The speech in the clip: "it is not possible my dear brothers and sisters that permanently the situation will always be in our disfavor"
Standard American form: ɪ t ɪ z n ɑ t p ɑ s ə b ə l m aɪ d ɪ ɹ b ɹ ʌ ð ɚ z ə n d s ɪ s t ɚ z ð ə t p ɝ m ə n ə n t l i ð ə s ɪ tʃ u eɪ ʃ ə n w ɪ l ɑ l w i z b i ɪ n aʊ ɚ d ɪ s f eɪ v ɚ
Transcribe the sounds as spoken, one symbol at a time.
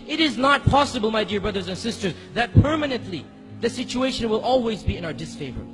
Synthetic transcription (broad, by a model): ɪ t ɪ z n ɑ t p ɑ s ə b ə l m aɪ d ɪ ɹ b ɹ ʌ ð ɚ z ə n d s ɪ s t ɚ z ð ə t p ɝ m ə n ə n t l i ð ə s ɪ tʃ u eɪ ʃ ə n w ɪ l ɑ l w i z b i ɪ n aʊ ɚ d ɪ s f eɪ v ɚ